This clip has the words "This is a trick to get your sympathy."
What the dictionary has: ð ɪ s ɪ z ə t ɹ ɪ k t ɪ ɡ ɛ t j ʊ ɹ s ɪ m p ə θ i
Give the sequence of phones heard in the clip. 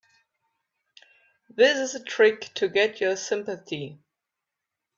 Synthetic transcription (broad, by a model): ð ɪ s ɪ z ə t ɹ ɪ k t ɪ ɡ ɛ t j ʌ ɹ s ɪ m p ə θ i